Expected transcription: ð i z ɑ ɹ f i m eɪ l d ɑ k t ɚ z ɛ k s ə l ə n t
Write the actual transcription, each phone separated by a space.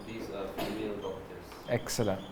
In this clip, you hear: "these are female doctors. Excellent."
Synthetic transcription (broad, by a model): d i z ɑ ɹ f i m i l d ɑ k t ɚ ɛ k s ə l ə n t